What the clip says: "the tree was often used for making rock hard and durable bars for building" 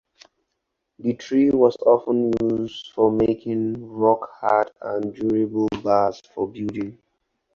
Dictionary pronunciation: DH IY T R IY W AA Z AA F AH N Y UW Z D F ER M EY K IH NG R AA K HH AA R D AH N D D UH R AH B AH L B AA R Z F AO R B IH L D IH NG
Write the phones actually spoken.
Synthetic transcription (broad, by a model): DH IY T R IY W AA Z AA F AH N Y UW Z D F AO M EY K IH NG R AA K HH AA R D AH N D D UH R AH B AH L B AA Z F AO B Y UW D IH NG